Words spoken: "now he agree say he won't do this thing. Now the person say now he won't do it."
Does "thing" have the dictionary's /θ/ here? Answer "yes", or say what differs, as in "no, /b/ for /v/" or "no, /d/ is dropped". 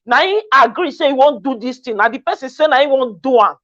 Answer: no, /t/ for /θ/